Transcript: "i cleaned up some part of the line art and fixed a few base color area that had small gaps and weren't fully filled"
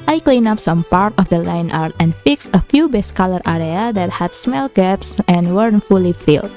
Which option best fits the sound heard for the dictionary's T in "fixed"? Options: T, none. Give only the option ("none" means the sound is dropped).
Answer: none